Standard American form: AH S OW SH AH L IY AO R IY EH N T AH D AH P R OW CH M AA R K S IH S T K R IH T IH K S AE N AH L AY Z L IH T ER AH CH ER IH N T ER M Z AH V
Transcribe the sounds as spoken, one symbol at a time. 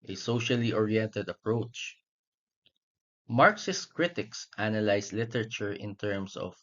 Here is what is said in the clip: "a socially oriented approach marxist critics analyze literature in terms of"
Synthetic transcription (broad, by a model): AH S OW SH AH L IY AO R IY EH N T AH D AH P R OW CH M AA R K S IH S K R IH T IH K S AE N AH L AY S L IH T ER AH CH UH IH N T ER M S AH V